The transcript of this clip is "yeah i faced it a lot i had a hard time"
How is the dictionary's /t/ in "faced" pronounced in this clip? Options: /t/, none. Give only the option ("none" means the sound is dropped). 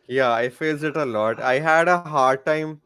none